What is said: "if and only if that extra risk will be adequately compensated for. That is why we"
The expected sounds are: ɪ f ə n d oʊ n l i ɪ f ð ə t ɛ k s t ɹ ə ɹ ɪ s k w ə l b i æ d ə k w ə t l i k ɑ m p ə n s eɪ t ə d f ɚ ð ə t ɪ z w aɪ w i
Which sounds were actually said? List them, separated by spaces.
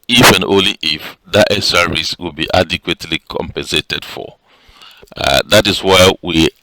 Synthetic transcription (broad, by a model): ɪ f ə n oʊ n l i ɪ f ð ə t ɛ s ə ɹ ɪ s w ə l b i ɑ d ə k w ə t l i k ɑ m p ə n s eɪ t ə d f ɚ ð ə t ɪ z w aɪ w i